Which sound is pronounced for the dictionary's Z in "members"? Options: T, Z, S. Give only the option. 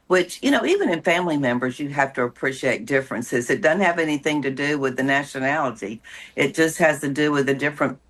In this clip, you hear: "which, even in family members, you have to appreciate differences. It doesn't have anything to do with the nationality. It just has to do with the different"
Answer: Z